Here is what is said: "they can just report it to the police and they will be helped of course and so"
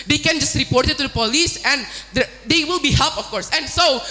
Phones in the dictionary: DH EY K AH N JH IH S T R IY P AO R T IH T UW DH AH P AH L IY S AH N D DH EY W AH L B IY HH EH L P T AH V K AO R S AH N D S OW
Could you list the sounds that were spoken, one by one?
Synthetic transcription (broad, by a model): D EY K AH N JH IH S T R IY P AO R T IH T UW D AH P AH L IY S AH N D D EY W AH L B IY HH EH L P AH F K AO R S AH N S OW